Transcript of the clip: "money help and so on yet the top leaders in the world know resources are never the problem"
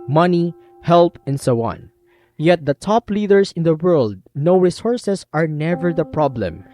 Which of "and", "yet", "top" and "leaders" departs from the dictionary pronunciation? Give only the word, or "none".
leaders